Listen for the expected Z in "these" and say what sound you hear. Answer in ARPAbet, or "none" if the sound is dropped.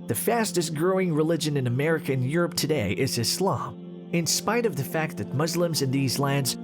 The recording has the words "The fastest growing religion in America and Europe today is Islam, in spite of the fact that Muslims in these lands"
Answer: Z